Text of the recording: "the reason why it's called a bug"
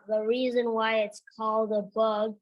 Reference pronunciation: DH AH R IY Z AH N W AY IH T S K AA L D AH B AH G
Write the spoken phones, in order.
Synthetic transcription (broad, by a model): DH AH R IY Z AH N W AY IH T S K AA L D AH B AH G